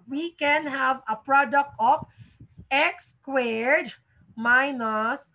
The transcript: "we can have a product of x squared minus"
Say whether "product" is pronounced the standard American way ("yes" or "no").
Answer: yes